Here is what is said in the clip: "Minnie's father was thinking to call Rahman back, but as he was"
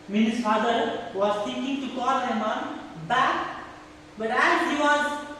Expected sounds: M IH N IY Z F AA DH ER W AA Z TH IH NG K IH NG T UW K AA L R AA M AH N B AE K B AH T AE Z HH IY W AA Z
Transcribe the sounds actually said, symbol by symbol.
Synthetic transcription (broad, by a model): M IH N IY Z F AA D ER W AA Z T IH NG K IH NG T UW K AA L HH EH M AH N B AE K B AH T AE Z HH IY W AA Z